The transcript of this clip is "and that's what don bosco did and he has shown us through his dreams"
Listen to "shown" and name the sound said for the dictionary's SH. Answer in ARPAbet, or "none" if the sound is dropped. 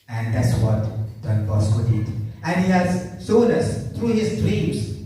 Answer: S